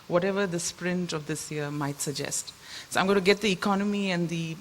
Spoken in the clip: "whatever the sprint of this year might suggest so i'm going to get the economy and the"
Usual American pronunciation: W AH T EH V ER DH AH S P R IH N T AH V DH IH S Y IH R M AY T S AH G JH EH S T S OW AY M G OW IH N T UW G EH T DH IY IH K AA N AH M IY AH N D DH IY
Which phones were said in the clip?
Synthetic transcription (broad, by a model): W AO T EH V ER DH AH S P R IH N T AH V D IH S Y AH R M AY T S AH G JH EH S T S OW AY M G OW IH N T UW G EH T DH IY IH K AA N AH M IY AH N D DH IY